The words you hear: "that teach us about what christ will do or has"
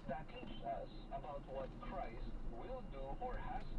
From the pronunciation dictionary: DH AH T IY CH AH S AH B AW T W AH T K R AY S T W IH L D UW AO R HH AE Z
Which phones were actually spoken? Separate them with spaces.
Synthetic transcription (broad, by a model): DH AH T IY S AH S AH B AW T W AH T K R AY S T W IH L D UW AO R HH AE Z